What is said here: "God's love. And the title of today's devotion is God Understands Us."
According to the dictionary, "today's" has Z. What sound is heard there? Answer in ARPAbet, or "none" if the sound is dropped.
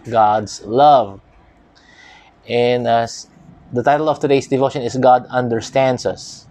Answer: S